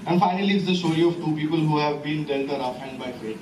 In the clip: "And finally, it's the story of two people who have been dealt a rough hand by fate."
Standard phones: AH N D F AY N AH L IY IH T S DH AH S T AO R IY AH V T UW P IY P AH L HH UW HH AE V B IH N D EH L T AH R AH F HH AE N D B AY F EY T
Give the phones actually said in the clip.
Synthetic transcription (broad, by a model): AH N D F AY N AH L IY IH T S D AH S T AO R IY AH V T UW P IY P AH L HH UW HH AE V B IH N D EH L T AH R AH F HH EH N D B AY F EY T